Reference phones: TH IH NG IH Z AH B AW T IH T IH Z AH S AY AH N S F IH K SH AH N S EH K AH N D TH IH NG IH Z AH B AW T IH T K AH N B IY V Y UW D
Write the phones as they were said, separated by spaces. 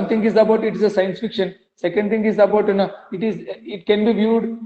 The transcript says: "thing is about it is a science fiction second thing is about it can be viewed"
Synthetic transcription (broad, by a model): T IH NG IH Z AH B AW T IH T IH Z AH S AY AH N S F IH K SH AH N S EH K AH N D T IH NG IH Z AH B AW T IH T K AH N B IY V Y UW D